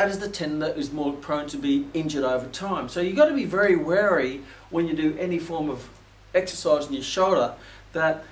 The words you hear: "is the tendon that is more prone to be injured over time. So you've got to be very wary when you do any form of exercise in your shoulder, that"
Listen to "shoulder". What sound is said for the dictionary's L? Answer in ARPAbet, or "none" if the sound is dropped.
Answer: L